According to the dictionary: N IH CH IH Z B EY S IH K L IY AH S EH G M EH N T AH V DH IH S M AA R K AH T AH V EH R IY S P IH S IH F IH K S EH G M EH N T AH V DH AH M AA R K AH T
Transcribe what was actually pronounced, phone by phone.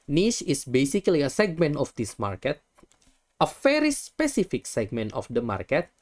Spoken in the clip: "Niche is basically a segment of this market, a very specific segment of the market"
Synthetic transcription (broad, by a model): N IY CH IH S B EY S IH K L IY AH S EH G M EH N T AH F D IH S M AA R K AH T AH F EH R IY S P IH S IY F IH K S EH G M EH N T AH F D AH M AA R K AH T